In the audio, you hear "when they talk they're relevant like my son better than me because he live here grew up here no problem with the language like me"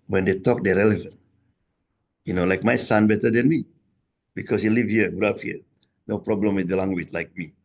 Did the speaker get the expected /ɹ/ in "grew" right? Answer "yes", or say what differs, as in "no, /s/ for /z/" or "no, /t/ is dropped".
no, /ɹ/ is dropped